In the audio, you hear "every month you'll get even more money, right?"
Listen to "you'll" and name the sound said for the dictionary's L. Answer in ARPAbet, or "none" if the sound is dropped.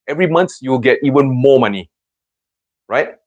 W